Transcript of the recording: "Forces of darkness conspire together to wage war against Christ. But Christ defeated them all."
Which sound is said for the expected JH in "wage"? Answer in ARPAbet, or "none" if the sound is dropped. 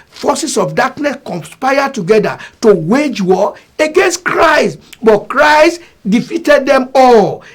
JH